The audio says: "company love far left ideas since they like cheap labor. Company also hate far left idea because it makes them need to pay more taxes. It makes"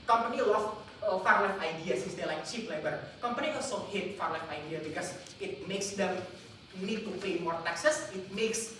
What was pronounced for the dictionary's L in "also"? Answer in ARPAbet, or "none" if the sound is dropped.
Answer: none